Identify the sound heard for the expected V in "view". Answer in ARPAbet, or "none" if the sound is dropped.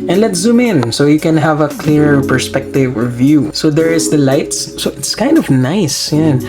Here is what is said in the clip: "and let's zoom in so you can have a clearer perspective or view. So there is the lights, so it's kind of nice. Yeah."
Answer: V